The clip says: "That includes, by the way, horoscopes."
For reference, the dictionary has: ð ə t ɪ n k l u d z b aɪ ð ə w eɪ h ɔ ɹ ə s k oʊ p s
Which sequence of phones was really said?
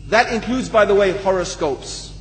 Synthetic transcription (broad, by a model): ð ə t ɪ n k l u d z b aɪ ð ə w eɪ h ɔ ɹ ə s k oʊ p s